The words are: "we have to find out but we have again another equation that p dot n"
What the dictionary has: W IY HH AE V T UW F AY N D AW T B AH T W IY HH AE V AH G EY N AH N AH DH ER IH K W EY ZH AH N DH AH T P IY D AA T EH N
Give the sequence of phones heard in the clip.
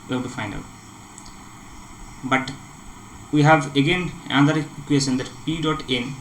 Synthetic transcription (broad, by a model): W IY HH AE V T UW F AY N D AW T B AH T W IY HH AE V AH G EY N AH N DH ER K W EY S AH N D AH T P IY D AA T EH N